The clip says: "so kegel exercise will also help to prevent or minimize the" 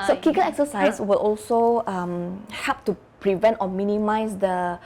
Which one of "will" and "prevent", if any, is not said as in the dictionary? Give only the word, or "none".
none